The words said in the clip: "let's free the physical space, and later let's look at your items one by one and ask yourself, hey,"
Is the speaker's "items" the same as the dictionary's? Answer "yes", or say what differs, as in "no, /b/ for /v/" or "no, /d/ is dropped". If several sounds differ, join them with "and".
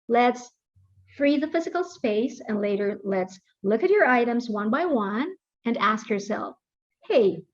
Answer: yes